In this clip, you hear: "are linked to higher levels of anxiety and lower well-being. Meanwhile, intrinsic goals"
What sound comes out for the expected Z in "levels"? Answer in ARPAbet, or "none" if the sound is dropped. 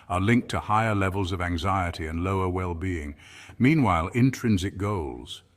Z